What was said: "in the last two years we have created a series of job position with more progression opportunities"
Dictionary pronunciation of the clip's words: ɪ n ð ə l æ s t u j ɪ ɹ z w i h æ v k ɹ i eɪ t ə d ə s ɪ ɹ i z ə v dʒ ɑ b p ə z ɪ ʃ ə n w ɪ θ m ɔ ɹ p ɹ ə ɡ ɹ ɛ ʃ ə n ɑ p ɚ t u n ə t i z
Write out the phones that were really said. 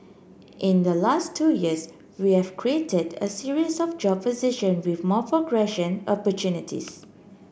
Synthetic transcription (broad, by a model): ɪ n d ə l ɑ s t u j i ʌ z w i h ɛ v k ɹ i eɪ t ə d ə s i ɹ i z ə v dʒ ɑ b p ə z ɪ ʃ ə n w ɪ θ m ɔ p ɹ ə ɡ ɹ ɛ ʃ ə n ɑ p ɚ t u n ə t i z